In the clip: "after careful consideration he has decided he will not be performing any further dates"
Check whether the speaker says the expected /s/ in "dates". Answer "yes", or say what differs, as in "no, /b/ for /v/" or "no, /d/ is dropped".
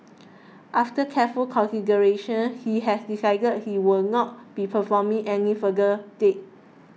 no, /s/ is dropped